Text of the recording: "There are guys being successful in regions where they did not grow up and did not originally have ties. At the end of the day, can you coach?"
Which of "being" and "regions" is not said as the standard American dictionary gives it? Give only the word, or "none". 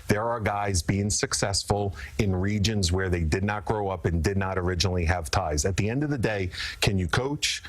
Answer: none